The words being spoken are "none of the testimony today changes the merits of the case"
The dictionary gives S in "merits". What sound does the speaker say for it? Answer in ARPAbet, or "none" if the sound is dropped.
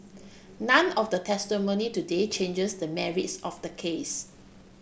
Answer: S